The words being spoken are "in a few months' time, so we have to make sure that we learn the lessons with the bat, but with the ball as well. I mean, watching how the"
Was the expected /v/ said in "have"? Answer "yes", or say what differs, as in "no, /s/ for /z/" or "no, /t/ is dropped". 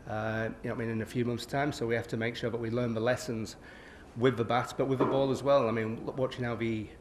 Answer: no, /f/ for /v/